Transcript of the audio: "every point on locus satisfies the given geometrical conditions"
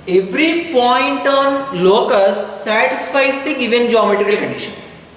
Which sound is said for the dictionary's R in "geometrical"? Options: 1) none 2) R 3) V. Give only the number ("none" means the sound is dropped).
1